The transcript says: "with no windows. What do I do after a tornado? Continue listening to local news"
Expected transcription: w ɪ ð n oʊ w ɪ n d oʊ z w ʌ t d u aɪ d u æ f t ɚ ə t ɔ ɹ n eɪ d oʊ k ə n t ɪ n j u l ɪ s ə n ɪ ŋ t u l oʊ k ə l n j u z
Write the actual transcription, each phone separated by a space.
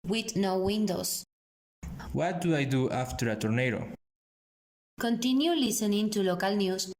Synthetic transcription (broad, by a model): w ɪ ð n oʊ w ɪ n d oʊ s w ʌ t d u aɪ d u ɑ f t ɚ ə t ɔ ɹ n eɪ d oʊ k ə n t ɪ n j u l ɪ s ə n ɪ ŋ t u l oʊ k ə l n j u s